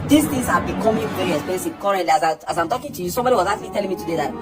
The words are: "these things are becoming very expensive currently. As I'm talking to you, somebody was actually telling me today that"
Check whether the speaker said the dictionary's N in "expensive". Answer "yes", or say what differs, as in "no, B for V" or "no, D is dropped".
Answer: no, N is dropped